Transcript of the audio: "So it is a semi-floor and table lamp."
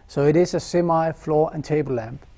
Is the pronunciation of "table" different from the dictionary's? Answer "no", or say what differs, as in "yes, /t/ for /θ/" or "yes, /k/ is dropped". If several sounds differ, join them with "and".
yes, /b/ is dropped